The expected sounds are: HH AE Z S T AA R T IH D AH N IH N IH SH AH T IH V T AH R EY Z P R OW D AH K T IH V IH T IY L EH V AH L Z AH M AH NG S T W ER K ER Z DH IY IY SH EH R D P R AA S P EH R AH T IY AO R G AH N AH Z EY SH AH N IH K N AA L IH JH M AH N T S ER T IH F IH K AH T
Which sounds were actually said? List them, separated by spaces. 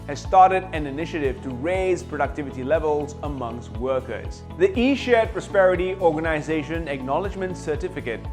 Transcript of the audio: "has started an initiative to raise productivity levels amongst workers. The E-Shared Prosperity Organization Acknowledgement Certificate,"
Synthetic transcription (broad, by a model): HH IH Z S T AA R T IH D AH N IH N IH SH AH T IH V T AH R EY Z P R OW D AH K T IH V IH T IY L EH V AH L Z AH M AH NG S T W ER K ER Z DH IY IY SH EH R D P R AA S P EH R AH T IY AO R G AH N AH Z EY SH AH N IH K N AA L IH JH M AH N T S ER T IH F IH K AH T